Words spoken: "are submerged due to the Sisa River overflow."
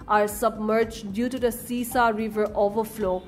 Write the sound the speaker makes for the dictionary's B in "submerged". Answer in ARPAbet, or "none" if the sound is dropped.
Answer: B